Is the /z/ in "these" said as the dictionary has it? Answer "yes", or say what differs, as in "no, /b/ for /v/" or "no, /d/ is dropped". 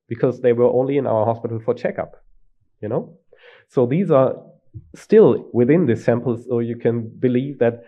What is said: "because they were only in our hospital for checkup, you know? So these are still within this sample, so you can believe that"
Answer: yes